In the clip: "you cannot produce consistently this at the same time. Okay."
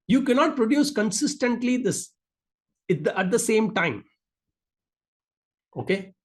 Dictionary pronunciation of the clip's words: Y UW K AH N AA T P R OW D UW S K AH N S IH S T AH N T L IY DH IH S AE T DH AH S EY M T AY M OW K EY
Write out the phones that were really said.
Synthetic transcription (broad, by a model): Y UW K AH N AA T P R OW D UW S K AH N S IH S T AH N T L IY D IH S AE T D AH S EY M T AY M OW K EY